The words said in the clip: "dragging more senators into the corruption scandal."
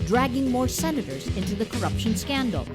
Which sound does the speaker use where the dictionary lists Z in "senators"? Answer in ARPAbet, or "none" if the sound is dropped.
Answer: Z